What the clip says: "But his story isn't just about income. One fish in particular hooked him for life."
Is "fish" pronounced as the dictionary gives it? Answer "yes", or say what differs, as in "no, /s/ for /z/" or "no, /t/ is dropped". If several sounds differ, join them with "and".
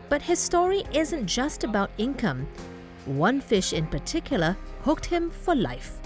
yes